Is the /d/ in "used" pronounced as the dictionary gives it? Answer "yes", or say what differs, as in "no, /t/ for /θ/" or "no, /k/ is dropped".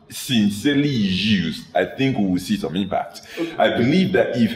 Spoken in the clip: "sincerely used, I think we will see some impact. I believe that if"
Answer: no, /d/ is dropped